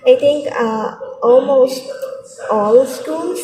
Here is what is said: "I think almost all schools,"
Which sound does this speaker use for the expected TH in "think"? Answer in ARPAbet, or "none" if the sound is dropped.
T